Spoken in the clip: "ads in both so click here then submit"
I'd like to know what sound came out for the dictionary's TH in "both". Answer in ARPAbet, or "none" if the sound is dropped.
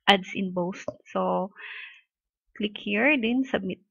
S